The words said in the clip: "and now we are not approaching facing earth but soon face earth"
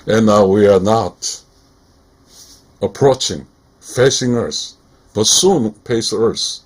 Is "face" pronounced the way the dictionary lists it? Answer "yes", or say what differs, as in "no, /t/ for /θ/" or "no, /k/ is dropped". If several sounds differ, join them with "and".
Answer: no, /p/ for /f/